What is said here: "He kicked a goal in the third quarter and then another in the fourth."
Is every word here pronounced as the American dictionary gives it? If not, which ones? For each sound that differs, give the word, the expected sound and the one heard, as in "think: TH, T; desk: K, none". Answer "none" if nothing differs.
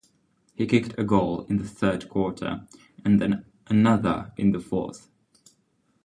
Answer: none